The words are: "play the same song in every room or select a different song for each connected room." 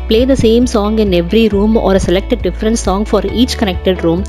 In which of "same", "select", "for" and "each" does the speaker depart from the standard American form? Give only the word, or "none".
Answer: none